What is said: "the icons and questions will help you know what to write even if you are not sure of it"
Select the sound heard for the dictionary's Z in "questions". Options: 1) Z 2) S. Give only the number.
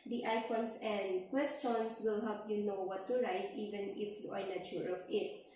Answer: 2